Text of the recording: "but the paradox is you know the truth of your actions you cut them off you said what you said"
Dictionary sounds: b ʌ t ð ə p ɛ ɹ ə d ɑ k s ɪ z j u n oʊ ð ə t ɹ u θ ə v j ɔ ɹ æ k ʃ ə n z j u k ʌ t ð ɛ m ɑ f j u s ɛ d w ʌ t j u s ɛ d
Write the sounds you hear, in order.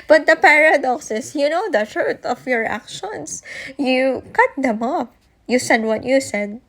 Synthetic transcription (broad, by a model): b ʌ t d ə p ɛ ɹ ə d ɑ k s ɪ s j u n oʊ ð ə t ɹ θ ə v j ɔ ɹ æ k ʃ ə n s j u k ʌ t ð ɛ m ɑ p j u s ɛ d w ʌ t j u s ɛ d